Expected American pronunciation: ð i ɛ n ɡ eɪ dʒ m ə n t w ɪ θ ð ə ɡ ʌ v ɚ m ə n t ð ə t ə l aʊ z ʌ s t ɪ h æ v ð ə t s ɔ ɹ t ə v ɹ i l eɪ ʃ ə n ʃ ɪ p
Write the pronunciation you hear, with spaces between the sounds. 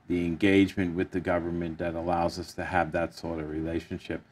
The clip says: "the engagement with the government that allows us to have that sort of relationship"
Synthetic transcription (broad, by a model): ð i ɛ n ɡ eɪ dʒ m ə n t w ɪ ð ə ɡ ʌ v ɚ m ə n ð ə t ə l aʊ z ʌ s t ɪ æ v ð ə t s ɔ ɹ t ə v ɹ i l eɪ ʃ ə n ʃ ɪ p